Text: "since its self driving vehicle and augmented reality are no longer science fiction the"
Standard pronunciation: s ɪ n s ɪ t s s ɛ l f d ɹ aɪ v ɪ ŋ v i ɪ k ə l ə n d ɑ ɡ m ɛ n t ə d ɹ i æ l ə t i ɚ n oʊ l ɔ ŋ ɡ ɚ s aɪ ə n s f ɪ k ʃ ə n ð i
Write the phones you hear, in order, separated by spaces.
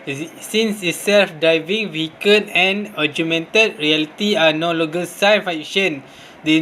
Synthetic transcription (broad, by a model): s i n s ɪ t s s ɛ l f d ɹ aɪ v ɪ ŋ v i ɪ k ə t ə n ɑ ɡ m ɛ n t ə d ɹ i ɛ l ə t i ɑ n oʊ l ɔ ɡ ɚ s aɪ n f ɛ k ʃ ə n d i